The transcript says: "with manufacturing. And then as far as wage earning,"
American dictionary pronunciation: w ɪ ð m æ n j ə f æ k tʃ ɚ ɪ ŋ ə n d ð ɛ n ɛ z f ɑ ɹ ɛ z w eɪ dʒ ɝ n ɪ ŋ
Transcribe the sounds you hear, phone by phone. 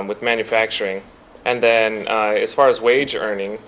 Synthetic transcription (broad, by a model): w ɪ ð m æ n j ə f æ k tʃ ɚ ɪ ŋ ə n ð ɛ n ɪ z f ɑ ɹ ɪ z w eɪ dʒ ɝ n ɪ ŋ